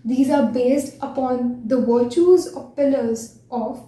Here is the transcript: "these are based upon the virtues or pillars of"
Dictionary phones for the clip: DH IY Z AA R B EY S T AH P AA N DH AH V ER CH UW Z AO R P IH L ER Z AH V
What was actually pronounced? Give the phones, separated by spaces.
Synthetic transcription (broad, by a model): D IY Z AA R B EY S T AH P AA N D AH V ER CH UW Z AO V P IH L ER Z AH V